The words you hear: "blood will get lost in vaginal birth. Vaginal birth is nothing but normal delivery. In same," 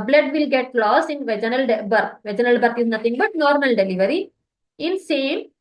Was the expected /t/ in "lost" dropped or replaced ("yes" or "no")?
yes